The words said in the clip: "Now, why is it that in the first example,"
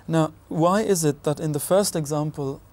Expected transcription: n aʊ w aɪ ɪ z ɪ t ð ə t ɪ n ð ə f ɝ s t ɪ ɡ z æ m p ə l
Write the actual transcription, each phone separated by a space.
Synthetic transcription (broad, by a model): n aʊ w aɪ ɪ z ɪ t ð ə t ɪ n ð ə f ɝ s t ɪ ɡ z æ m p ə l